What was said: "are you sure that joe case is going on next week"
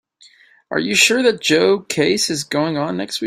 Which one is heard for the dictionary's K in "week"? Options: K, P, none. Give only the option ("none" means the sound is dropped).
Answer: none